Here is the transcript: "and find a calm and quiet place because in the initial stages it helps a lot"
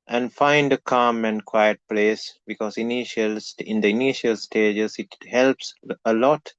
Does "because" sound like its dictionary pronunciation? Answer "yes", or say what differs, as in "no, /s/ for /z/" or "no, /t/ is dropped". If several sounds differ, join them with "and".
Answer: no, /s/ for /z/